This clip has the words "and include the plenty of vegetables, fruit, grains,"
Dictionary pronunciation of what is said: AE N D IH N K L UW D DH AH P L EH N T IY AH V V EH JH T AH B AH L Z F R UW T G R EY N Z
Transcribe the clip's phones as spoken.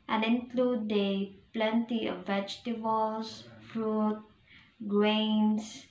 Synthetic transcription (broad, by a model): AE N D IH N K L UW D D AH P L EH N T IY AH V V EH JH T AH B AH L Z F R UW T G R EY N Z